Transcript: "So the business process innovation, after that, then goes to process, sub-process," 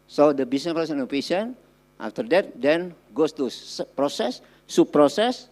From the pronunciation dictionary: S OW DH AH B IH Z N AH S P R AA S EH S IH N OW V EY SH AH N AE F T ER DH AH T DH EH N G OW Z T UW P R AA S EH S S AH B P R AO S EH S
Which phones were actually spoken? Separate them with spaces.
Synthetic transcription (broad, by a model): S OW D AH B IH S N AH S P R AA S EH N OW P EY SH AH N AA F T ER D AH T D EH N G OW S T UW P R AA S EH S S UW P R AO S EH S